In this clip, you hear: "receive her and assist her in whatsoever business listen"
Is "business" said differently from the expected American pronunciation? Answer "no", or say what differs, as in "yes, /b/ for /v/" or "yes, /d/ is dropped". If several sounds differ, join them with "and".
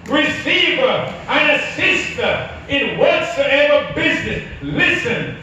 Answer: no